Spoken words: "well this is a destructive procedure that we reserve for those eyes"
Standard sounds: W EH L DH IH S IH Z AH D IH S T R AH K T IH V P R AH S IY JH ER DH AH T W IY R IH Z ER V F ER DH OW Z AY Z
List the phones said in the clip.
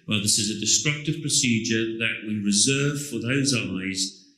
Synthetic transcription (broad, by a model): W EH L DH IH S IH Z AH D IH S T R AH K T IH V P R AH S IY JH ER DH AH T W IY R IH Z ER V F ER DH OW Z AY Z